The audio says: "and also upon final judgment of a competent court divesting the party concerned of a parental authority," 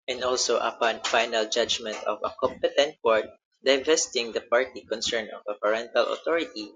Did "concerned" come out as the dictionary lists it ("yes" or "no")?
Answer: no